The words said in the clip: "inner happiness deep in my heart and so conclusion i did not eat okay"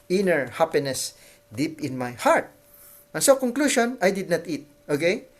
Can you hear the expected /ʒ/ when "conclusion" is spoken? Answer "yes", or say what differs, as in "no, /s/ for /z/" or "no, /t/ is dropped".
no, /ʃ/ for /ʒ/